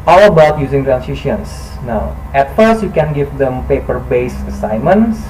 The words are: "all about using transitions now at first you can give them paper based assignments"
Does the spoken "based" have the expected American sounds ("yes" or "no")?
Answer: no